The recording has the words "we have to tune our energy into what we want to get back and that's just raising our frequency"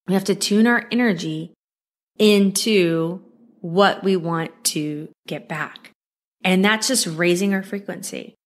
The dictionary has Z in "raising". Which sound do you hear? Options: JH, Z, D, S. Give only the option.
Z